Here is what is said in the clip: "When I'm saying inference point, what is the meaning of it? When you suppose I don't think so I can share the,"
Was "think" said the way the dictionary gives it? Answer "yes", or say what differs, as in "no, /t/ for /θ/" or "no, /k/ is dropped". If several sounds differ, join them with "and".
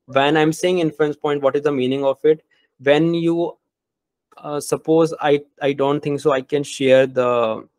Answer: no, /t/ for /θ/